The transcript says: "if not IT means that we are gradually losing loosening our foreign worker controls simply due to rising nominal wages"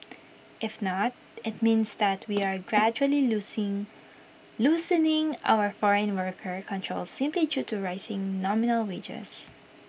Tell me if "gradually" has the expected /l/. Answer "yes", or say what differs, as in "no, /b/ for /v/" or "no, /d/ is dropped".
no, /l/ is dropped